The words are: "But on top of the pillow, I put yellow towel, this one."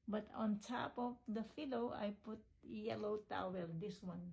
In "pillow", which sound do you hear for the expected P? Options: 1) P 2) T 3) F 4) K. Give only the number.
3